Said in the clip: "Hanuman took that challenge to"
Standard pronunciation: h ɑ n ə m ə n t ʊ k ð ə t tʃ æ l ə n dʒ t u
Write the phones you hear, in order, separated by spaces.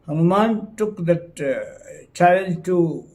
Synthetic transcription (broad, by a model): h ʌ n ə m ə n t ʊ k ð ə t tʃ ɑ ə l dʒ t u